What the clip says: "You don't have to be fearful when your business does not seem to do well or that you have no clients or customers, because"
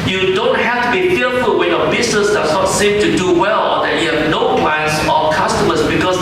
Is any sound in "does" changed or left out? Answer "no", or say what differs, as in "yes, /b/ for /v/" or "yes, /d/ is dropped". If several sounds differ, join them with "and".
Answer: yes, /s/ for /z/